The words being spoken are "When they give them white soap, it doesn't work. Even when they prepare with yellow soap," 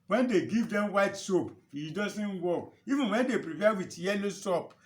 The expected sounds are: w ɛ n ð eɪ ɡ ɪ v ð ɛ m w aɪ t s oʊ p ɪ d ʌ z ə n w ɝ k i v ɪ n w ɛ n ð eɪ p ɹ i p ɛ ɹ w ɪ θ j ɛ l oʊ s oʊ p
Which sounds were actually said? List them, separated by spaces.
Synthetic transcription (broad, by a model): w ɛ n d eɪ ɡ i v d ɛ m w aɪ t s oʊ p ɪ d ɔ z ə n w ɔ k i v ɪ n w ɛ n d eɪ p ɹ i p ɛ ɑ w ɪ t j ɛ l oʊ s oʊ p